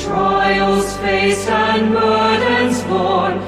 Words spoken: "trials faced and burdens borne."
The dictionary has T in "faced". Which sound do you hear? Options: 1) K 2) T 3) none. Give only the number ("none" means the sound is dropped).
3